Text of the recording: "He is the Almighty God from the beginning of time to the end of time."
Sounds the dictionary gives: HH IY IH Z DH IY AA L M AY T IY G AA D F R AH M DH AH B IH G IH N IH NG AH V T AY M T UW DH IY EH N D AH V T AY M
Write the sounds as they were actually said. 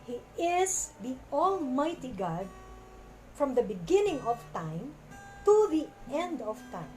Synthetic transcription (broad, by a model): HH IY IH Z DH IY AA L M AY T IY G AA D F R AH M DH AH B IH G IH N IH NG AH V T AY M T UW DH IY EH N D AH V T AY M